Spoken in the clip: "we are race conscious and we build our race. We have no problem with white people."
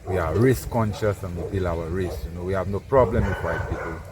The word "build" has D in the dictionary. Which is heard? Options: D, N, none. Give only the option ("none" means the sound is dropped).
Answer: none